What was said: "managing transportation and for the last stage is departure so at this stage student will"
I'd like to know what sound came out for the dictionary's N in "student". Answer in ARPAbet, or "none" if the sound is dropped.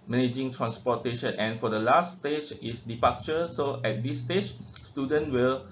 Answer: N